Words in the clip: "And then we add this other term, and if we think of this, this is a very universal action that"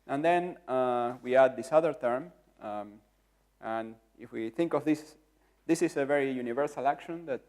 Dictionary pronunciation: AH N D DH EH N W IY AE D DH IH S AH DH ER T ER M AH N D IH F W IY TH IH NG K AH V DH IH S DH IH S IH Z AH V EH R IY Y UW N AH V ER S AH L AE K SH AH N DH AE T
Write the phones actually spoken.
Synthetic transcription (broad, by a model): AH N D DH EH N W IY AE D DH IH S AH DH ER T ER M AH N IH F W IY TH IH NG K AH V DH IH S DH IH S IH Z AH V EH R IY Y UW N AH V ER S AH L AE K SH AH N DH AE T